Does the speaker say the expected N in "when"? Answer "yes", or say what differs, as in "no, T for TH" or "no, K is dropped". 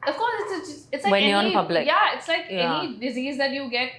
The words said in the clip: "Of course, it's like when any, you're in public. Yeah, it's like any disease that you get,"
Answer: no, N is dropped